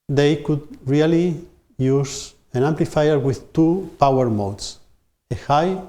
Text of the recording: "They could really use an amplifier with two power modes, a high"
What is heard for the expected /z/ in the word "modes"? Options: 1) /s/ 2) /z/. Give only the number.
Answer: 1